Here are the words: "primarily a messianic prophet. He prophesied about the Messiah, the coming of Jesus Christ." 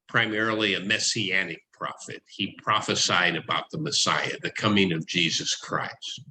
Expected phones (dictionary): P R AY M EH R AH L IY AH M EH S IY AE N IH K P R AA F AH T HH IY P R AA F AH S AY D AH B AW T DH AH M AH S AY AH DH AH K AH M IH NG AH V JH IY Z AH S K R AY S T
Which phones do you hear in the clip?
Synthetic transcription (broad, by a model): P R AY M EH R L IY AH M EH S IY AE N IH K P R AA F AH T HH IY P R AA F AH S AY D AH B AW T DH AH M AH S AY AH DH AH K AH M IH NG AH V JH IY Z AH S K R AY S T